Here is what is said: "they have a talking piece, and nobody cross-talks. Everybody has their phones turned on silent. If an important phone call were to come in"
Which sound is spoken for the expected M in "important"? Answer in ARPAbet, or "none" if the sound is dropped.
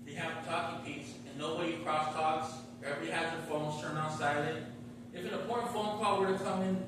none